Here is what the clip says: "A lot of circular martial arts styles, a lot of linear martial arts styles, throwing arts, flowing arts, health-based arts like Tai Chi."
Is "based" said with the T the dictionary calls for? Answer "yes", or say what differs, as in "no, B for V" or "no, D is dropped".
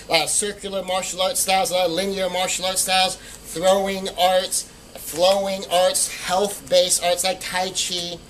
no, T is dropped